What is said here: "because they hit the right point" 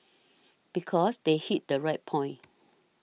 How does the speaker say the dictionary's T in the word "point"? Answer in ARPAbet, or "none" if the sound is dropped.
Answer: none